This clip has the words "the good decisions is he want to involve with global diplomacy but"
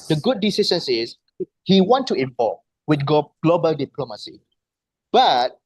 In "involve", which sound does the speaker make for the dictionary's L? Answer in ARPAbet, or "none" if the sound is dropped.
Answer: none